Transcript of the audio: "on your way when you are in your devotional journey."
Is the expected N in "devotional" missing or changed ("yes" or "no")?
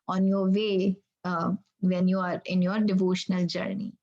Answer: no